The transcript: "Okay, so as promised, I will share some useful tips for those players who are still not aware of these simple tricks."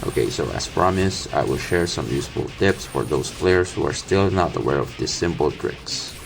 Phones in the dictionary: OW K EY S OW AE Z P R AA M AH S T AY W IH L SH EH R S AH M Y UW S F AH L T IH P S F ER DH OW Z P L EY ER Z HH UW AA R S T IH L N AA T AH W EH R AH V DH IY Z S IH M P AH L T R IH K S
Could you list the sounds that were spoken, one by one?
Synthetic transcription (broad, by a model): OW K EY S OW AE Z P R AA M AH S AY W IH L SH EH R S AH M Y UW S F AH L T IH P S F ER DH OW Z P L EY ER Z HH UW AA R S T IH L N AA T AH W EH R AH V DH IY S IH M P AH L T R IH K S